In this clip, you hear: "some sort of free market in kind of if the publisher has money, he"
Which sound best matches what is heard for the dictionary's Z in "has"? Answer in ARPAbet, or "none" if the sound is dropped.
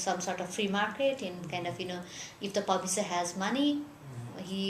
Z